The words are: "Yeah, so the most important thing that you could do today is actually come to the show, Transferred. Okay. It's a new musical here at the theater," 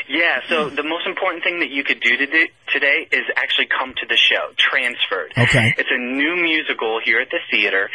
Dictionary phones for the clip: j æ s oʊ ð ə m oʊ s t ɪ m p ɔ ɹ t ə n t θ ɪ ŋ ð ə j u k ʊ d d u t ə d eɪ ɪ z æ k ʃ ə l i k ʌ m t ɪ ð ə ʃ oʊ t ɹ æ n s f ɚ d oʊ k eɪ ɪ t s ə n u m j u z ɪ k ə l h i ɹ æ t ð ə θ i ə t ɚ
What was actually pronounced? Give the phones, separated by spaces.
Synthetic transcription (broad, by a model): j æ s oʊ ð ə m oʊ s t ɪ m p ɔ ɹ t n θ ɪ ŋ ð ə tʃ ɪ k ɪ d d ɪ t ə d eɪ ɪ z æ k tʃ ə l i k ʌ m t ɪ ð ə ʃ oʊ t ɹ æ n s f ɚ d oʊ k eɪ ɪ t s ə n u m j u z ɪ k l h i ɹ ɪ t ð ə θ i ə t ɚ